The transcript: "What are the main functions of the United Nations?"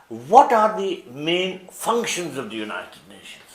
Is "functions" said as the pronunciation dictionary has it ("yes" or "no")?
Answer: yes